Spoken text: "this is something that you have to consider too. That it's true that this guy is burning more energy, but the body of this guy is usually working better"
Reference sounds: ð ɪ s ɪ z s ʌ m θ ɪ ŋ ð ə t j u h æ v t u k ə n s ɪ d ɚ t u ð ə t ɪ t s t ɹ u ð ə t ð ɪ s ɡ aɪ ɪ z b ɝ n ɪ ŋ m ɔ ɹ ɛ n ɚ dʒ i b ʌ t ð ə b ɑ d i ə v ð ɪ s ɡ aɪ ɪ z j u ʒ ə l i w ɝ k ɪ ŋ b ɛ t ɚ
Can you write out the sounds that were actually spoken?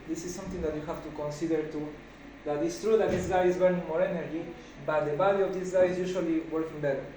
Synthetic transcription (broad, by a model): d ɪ s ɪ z s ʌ m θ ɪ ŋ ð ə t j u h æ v t u k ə n s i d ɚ t u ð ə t ɪ t s t ɹ u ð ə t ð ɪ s ɡ aɪ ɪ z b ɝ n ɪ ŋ m ɔ ɹ ɛ n ɚ dʒ i b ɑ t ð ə b ɑ d i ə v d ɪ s ɡ aɪ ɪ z j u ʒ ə l i w ɝ k ɪ ŋ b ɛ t